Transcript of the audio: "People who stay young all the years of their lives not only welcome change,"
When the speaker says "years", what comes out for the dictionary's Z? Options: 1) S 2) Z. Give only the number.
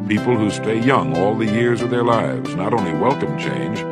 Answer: 2